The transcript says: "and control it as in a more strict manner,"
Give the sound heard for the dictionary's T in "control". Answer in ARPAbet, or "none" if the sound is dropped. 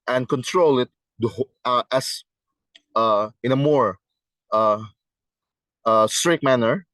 T